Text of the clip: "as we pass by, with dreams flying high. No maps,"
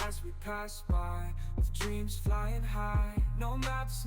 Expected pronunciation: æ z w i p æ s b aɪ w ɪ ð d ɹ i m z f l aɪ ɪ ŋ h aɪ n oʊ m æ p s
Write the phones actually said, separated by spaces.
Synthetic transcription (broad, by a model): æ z w i p æ s b aɪ w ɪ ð d ɹ i m z f l aɪ ɪ ŋ h aɪ n oʊ m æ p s